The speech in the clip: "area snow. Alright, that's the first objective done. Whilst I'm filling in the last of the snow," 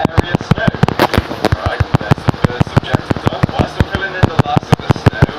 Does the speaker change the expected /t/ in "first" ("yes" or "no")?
yes